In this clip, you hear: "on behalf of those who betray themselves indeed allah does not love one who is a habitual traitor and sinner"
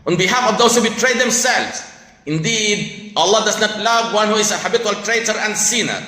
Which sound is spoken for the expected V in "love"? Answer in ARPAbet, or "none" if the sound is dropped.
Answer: V